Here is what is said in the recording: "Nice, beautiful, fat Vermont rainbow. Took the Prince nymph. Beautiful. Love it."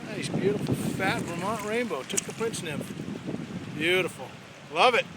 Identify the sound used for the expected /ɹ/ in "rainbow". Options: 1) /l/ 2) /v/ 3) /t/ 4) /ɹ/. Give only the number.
4